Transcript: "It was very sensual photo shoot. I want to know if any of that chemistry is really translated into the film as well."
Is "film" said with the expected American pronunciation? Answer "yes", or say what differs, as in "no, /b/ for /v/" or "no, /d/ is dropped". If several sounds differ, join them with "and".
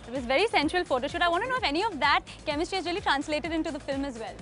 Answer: yes